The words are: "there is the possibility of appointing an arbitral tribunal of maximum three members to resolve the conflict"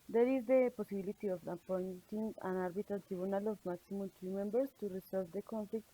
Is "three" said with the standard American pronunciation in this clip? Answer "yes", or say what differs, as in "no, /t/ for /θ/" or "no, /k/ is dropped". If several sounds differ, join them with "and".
no, /t/ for /θ/